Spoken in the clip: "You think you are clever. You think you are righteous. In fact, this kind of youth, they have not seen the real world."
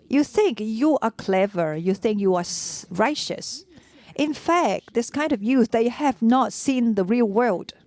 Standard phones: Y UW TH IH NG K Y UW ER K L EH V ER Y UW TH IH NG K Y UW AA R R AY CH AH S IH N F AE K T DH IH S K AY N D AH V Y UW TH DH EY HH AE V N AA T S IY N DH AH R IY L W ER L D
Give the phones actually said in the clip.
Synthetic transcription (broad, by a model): Y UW TH IH NG K Y UW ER K L EH V ER Y UW TH IH NG K Y UW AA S R AY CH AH S IH N F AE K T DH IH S K AY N D AH V Y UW S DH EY HH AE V N AA T S IY N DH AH R IY L W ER L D